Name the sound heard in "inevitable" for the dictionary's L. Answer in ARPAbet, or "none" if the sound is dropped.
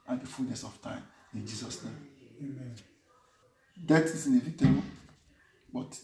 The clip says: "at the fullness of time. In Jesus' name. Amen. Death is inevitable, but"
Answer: N